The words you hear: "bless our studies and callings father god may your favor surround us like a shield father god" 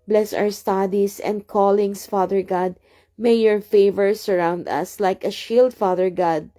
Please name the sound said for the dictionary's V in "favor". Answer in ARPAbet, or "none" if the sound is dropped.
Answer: V